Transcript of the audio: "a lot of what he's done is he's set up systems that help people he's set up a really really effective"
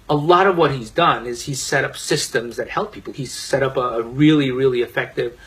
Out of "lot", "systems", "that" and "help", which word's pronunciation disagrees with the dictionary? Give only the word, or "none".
none